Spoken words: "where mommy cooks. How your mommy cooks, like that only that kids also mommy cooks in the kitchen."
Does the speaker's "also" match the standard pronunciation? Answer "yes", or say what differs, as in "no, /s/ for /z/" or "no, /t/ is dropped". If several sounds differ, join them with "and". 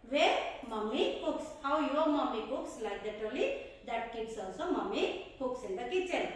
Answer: no, /l/ is dropped